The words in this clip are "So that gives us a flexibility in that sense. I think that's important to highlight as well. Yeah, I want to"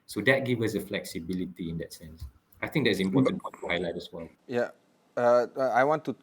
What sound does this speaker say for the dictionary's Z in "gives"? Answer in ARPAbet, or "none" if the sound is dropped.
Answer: none